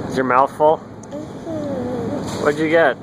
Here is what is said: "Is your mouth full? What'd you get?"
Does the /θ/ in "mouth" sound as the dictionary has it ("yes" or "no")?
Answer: yes